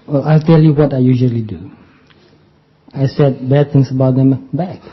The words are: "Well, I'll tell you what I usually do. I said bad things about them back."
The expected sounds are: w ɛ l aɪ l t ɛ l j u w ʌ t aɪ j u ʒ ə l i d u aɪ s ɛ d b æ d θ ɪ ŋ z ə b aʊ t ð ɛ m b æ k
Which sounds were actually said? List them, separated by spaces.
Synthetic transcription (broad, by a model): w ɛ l aɪ l t ɛ l j u w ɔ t aɪ j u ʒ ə l i d u aɪ s ɛ d b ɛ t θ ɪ ŋ s ə b aʊ t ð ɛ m b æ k